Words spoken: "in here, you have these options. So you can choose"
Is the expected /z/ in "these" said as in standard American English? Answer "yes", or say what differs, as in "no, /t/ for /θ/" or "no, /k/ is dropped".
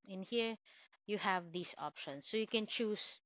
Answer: no, /s/ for /z/